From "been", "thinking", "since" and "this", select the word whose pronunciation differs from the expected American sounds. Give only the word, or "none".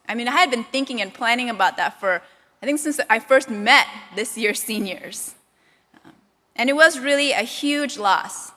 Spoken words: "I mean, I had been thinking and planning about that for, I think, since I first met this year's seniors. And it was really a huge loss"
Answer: none